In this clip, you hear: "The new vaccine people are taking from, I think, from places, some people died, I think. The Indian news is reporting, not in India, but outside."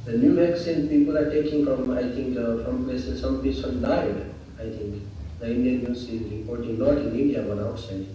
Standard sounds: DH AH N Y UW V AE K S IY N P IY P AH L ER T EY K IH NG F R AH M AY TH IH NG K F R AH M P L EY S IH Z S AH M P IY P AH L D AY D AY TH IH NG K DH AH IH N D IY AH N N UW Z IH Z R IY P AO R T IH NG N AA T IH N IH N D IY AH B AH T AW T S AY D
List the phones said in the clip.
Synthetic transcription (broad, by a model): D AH N Y UW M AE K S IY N P IY P AH L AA T EY K IH NG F R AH M AY T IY NG K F R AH M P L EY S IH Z S AH M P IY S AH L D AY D AY T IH NG K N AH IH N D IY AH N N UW S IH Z R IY P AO R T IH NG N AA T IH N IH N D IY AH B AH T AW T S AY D